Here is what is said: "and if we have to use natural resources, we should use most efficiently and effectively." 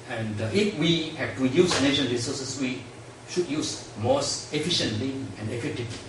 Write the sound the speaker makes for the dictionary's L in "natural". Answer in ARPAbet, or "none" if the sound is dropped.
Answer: N